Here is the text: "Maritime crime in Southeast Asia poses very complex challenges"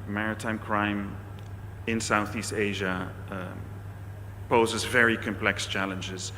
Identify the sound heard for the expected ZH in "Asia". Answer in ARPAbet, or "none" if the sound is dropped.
ZH